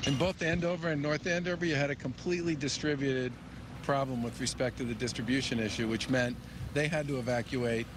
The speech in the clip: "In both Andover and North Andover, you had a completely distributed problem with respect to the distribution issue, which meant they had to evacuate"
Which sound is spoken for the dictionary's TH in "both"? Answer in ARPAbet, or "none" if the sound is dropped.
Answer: TH